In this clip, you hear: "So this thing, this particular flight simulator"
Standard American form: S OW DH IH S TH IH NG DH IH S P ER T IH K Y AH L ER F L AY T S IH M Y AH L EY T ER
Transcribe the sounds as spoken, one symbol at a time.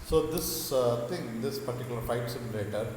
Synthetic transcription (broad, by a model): S OW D IH S T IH NG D IH S P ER T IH K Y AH L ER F AY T S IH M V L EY T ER